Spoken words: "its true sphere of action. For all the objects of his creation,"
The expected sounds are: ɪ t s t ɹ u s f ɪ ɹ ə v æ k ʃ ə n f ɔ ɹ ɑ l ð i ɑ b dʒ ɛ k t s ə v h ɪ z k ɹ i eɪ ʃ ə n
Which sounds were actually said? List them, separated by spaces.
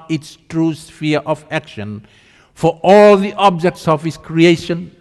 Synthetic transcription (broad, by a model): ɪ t s t ɹ u s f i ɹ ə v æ k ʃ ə n f ɔ ɹ ɑ l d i ɑ b dʒ ɛ k t s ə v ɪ s k ɹ i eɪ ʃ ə n